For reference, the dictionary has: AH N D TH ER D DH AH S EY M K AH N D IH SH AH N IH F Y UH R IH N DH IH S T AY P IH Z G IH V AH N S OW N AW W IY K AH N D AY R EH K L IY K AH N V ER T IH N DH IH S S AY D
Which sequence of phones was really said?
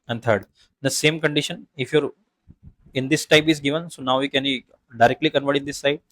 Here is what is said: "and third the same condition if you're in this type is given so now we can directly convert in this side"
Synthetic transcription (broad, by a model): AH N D T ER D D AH S EY M K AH N D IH SH AH N IH F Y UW R IH N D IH S T AY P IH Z G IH V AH N S OW N AW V IY K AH N D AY R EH K L IY K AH N V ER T IH N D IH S S AY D